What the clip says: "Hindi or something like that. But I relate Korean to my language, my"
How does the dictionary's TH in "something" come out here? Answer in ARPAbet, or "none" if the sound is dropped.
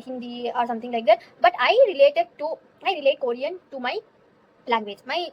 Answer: T